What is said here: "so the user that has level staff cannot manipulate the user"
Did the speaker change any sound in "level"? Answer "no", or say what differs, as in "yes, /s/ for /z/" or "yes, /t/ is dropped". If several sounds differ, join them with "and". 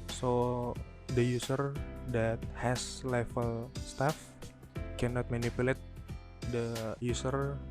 yes, /f/ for /v/